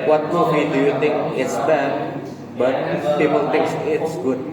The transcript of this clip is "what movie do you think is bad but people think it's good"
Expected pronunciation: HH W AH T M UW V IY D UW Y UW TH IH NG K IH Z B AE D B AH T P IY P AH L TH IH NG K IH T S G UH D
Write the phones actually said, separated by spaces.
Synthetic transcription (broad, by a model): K W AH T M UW W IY D UW Y UW T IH NG K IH S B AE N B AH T P IY P AH L T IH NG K IH T S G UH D